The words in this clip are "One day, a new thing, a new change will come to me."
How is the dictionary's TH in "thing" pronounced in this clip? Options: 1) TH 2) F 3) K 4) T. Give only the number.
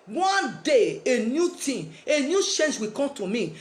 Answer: 4